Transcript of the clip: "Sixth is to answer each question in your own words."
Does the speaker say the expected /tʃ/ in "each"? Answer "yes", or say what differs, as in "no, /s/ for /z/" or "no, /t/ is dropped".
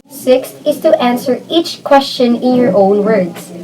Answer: yes